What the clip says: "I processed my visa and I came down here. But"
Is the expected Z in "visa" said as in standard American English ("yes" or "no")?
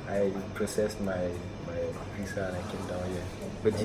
no